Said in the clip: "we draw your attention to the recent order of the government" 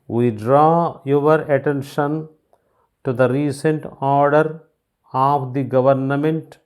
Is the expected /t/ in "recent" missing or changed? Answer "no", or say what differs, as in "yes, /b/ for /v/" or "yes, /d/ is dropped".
no